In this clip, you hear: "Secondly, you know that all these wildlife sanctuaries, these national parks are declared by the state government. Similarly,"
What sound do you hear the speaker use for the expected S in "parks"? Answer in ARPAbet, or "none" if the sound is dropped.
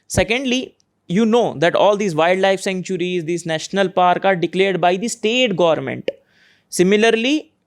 none